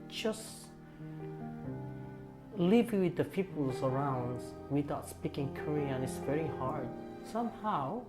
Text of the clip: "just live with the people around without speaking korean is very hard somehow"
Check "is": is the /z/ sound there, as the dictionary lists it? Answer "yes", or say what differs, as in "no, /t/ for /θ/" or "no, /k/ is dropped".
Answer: no, /s/ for /z/